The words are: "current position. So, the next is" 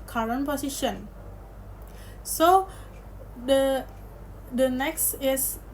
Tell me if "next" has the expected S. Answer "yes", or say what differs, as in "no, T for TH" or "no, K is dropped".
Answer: yes